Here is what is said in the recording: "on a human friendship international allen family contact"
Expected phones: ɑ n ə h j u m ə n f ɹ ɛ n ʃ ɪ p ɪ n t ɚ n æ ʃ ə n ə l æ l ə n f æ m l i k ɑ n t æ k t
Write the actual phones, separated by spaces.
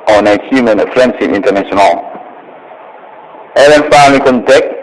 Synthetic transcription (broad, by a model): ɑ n ə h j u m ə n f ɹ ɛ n s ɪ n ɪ n t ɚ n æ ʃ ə n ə l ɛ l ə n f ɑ l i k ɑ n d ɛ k